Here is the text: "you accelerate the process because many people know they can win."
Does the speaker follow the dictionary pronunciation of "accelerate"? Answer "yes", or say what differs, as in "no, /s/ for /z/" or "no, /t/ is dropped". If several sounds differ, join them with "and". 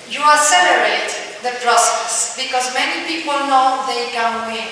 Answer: no, /k/ is dropped